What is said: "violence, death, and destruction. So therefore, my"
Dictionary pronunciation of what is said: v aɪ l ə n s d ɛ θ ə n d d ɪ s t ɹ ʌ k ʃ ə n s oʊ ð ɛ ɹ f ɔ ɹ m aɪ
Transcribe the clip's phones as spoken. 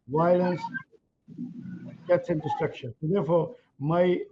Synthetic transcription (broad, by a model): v aɪ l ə n s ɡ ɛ s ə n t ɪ s t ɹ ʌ k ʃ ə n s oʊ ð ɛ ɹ f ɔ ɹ m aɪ